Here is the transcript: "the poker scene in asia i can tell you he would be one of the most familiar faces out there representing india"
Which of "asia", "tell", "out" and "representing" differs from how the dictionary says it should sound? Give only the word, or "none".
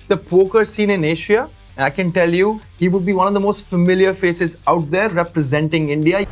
asia